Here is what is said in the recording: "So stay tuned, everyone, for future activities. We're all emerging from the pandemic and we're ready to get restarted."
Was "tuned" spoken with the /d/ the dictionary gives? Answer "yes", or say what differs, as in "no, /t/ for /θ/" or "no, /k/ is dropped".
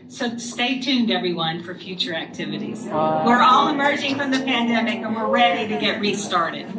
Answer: yes